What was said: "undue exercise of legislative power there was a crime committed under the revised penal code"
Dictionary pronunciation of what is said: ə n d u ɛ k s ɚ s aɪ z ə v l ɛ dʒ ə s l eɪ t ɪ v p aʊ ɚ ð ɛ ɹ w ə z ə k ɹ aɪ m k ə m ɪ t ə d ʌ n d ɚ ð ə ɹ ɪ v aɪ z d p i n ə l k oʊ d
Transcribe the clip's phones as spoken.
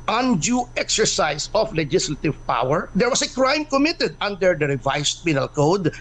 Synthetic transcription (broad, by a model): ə n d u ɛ k s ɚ s aɪ s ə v l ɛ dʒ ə s l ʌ t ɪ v p aʊ ɚ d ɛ ɹ w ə s ə k ɹ aɪ m k ə m ɪ t ə d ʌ n d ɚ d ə ɹ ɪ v aɪ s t p i n ə l k oʊ d